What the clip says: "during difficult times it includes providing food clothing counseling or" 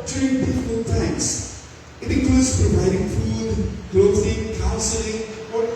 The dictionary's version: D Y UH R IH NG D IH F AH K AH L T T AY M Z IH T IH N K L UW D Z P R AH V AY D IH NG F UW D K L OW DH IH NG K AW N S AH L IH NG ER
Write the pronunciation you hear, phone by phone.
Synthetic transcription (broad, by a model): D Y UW R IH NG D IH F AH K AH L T T AY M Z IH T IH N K AO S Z P R AH V AY D IH NG F UW D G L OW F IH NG K AW N S AH L IH NG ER